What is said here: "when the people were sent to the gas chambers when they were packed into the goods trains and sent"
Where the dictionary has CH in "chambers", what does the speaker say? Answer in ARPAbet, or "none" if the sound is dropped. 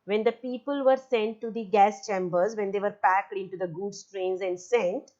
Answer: CH